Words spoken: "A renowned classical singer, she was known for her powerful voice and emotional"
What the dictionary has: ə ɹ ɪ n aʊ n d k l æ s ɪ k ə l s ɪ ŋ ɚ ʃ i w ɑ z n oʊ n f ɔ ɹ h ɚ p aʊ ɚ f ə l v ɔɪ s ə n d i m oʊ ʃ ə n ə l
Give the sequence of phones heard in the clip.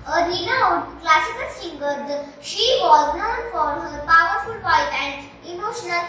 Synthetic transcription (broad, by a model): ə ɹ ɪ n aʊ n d k l æ s ɪ k ə l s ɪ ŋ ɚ ʃ i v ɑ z n oʊ n f ɔ ɹ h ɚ p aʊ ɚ f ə l p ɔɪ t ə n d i m oʊ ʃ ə n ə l